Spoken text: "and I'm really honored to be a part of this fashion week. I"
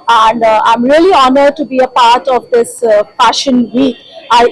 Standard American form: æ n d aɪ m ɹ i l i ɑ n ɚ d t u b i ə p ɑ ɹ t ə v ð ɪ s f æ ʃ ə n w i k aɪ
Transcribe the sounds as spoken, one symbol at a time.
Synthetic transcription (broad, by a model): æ n d aɪ m ɹ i l i ɑ n ɚ d t u b i ə p ɑ ɹ t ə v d ɪ s f æ ʃ ə n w i aɪ